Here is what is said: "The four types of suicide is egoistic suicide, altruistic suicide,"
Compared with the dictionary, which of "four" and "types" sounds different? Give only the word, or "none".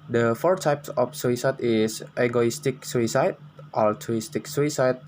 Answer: none